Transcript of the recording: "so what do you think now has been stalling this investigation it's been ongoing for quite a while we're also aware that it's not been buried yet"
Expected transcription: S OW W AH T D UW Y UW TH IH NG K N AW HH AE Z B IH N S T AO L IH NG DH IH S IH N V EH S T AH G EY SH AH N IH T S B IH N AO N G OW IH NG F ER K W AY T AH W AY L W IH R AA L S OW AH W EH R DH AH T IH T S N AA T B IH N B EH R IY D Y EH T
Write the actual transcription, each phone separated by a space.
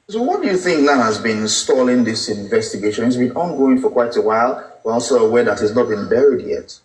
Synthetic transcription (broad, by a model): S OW W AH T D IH Y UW TH IH NG K N AW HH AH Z B IH N S T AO L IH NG DH IH S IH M V EH S T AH G EY SH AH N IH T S B IH N AO N G OW IH NG F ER K W AY T AH W AY L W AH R AA L S OW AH W EH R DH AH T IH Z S N AA T B IH N B EH R IY D Y EH T